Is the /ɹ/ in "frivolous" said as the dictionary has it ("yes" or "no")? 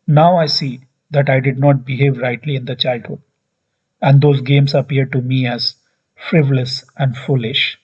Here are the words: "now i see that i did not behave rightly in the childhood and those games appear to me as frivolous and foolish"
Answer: yes